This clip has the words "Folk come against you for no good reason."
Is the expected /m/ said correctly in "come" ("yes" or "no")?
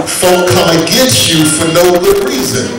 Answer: no